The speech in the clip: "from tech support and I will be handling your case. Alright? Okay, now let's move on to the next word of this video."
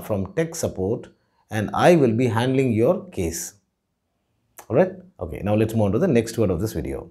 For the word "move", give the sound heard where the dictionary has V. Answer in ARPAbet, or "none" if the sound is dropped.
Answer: none